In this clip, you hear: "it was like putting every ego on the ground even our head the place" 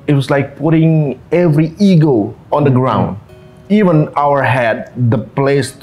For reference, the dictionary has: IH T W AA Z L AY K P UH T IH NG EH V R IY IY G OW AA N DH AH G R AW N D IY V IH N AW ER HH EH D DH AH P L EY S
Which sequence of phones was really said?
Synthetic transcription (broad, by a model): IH T W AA S L AY K P UH T IH NG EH V R IY IY G OW AA N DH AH G R AW N D IY V IH N AW ER HH EH D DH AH P L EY S